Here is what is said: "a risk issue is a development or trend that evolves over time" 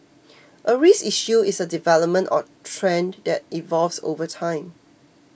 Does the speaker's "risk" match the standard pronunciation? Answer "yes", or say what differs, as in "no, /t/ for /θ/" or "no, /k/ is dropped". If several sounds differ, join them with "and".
no, /k/ is dropped